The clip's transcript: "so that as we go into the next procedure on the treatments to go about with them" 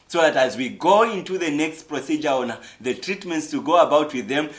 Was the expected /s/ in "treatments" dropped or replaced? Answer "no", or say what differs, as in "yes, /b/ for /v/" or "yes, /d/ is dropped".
no